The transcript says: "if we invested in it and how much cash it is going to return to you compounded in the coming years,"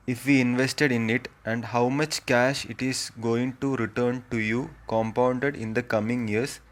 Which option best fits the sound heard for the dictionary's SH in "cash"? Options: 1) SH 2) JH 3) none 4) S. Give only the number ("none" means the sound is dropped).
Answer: 1